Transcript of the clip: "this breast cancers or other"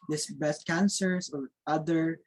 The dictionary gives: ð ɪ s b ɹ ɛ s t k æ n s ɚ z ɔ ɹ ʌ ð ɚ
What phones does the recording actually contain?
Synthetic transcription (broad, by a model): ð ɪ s b ɛ s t k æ n s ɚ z ɔ ɹ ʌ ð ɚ